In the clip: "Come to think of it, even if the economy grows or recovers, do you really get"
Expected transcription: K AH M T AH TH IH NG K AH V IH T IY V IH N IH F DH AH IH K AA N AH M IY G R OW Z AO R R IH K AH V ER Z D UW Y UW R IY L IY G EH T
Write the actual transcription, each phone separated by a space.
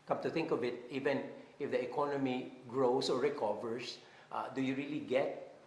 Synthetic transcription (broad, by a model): K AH M T AH TH IH NG K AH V IH T IY V IH N IH F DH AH IH K AA N AH M IY G R OW S AO R R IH K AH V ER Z D UW Y UW R IY L IY G EH T